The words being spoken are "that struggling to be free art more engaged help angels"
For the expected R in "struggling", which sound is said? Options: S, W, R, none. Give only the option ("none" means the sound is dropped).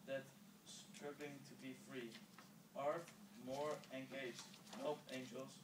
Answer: none